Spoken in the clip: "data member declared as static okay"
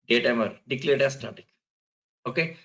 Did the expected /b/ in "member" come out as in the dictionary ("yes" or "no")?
no